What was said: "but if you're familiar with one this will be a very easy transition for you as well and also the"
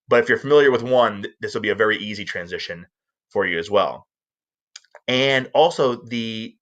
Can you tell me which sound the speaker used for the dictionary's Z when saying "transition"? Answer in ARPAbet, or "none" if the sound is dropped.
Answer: Z